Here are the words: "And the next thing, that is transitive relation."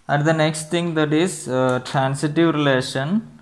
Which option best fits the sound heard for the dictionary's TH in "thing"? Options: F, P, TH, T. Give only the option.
T